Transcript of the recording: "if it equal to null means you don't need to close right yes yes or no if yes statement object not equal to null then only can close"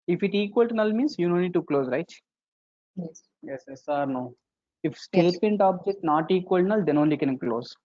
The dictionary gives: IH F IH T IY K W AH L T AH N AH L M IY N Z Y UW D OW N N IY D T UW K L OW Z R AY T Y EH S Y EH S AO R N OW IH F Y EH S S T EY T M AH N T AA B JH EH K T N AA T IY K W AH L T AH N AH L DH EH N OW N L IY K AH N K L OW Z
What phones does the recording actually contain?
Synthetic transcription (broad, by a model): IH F IH T IY K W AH L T N AH L M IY N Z Y UW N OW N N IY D T UW K L OW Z R AY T Y EH S Y EH S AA R N OW IH F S S T EY T M AH N T AA B JH EH K T N AA T IY K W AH L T N AH L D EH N OW N L IY K AH N K L OW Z